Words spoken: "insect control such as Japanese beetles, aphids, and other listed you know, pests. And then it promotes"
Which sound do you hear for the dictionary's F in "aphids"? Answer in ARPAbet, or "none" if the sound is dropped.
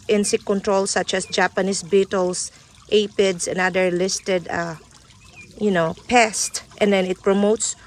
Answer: P